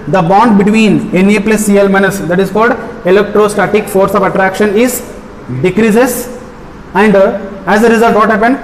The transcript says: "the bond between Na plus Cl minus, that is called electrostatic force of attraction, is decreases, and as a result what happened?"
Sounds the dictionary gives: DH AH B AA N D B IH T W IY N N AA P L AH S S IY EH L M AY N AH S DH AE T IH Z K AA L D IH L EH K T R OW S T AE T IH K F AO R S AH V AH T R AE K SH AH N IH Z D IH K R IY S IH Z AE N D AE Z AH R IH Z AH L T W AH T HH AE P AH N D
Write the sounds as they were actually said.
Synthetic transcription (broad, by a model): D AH B AA N D B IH T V IY N N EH P L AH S S IY EH L M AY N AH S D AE T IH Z K AA L D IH L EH K T R OW S T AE T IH K F AO R S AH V AH T R AE K SH AH N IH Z D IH K R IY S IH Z AE N D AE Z AH R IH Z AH L T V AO T HH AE P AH N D